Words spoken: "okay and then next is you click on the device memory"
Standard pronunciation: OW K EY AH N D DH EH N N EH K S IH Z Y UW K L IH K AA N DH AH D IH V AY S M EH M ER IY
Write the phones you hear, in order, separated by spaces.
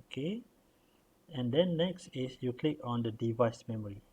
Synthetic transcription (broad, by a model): K EY AH N D EH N N EH K S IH S Y UW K L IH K AA N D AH D IH V AY S M EH M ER IY